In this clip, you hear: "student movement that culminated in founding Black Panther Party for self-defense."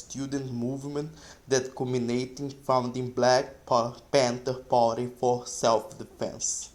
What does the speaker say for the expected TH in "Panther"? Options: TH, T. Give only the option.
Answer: T